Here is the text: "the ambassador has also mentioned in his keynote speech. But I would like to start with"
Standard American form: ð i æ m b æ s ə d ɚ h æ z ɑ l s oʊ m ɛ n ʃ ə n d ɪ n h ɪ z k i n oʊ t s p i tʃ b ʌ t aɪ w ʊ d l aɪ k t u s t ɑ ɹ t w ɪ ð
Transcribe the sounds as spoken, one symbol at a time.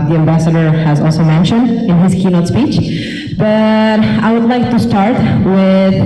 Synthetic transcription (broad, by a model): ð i æ m b æ s ə d ɚ h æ z ɑ l s oʊ m ɛ n ʃ ə n d ɪ n h ɪ z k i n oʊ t s p i tʃ b ʌ t aɪ w ʊ d l aɪ k t u s t ɑ ɹ t w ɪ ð